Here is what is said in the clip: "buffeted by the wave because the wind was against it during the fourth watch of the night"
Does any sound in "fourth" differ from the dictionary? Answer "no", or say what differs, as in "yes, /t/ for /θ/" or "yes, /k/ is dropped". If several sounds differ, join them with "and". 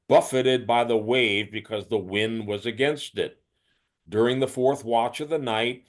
no